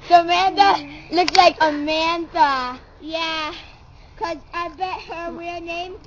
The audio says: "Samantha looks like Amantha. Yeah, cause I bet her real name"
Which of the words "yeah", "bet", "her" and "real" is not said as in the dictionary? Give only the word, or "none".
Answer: real